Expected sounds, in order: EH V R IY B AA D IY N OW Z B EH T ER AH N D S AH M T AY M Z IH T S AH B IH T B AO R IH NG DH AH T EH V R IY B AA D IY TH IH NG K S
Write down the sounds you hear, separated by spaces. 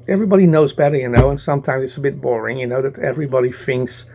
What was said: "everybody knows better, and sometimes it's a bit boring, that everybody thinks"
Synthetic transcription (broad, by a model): EH V R IY B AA D IY N OW Z B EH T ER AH N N S AH M T AY M Z IH T S AH B IH T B AO R IH NG DH AH T EH V R IY B AA D IY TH IH NG K S